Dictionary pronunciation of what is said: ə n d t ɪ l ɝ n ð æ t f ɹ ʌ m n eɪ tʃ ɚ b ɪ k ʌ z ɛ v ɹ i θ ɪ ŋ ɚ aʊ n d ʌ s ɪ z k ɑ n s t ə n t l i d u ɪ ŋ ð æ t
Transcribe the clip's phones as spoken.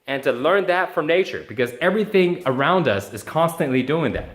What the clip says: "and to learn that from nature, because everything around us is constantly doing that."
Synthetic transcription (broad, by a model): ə n t ɪ l ɝ n ð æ t f ɹ ʌ m n eɪ tʃ ɚ b ɪ k ʌ z ɛ v ɹ i θ ɪ ŋ ɚ aʊ n d ʌ s ɪ z k ɑ n s t ə n t l i d u ɪ ŋ ð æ t